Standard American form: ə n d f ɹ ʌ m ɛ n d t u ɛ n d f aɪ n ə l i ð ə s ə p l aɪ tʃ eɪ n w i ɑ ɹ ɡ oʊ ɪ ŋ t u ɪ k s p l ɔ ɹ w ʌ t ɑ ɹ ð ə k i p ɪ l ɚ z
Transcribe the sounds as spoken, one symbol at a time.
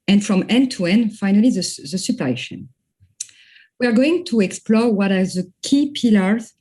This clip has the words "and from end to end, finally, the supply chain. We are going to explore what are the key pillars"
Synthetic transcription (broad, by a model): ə n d f ɹ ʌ m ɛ n t u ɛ n f aɪ n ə l i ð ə s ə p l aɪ ʃ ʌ n w i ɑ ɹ ɡ oʊ ɪ ŋ t u ɪ k s p l ɔ ɹ w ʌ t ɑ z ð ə k i p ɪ l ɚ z